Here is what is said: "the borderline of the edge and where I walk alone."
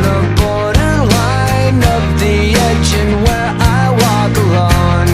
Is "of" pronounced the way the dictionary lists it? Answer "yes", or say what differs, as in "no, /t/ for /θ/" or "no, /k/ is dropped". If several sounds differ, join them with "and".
no, /p/ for /v/